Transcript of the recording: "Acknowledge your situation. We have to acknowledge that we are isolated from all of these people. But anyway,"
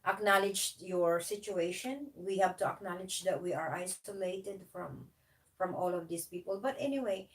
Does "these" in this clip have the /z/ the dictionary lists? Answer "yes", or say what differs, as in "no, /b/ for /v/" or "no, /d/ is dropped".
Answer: no, /s/ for /z/